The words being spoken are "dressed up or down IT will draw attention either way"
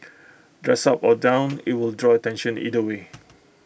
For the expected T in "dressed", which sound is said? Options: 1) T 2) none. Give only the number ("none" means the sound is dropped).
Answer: 2